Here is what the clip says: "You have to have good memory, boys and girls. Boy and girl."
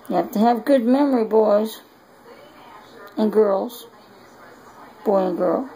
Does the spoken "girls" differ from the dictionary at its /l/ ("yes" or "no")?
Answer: no